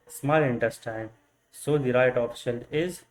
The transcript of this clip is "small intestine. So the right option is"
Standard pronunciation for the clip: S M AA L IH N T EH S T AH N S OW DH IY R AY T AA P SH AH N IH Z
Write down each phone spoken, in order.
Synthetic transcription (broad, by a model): S M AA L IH N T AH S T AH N S OW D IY R AY T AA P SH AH L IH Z